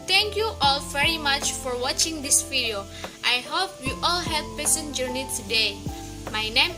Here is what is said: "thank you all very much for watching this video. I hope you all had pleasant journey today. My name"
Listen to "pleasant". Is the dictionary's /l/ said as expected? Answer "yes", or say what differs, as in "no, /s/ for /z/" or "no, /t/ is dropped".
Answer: no, /l/ is dropped